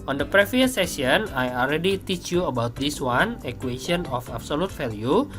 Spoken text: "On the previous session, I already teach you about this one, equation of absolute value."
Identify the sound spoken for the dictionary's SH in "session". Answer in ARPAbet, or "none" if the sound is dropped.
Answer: none